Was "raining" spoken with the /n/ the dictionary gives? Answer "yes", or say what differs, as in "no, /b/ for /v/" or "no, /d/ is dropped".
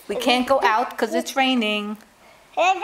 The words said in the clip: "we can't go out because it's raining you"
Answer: yes